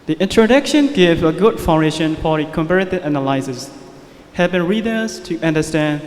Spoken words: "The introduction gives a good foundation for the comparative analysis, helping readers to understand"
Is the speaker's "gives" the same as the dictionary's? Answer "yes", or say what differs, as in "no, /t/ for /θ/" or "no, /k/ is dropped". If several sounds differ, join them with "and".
no, /z/ is dropped